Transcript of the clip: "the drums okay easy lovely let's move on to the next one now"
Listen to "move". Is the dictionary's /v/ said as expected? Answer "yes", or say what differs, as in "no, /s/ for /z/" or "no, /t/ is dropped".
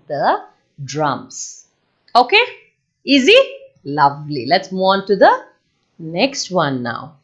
no, /v/ is dropped